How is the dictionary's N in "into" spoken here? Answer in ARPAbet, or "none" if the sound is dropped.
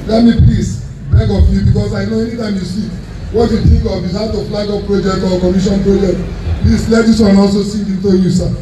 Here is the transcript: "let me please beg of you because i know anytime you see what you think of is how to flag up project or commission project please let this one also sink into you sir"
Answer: N